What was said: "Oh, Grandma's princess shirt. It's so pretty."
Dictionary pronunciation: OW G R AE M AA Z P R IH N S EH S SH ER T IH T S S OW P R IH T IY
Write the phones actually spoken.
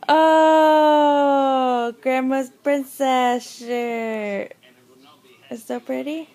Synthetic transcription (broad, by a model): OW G R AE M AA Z P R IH N S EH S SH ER IH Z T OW P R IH T IY